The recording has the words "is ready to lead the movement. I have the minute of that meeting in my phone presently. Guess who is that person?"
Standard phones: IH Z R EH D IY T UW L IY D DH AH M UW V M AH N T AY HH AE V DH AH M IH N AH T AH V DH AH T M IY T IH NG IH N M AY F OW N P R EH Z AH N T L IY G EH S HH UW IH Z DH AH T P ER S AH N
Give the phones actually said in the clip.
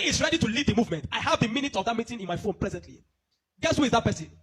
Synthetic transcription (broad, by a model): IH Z R EH D IY T UW L IY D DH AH M UW V M AH N T AY HH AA V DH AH M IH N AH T AH V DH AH T M IY T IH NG IH N M AY F OW N P R EH Z AH N T L IY G EH S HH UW IH Z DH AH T P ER S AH N